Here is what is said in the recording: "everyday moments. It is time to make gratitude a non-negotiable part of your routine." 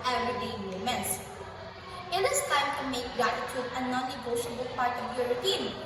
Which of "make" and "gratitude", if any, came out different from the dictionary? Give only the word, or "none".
gratitude